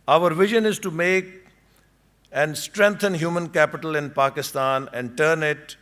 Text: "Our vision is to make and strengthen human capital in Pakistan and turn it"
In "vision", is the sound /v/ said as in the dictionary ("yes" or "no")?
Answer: yes